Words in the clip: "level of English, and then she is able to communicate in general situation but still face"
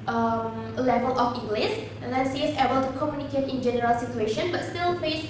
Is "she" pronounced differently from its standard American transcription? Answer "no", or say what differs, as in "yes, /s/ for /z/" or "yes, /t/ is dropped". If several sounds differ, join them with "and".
yes, /s/ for /ʃ/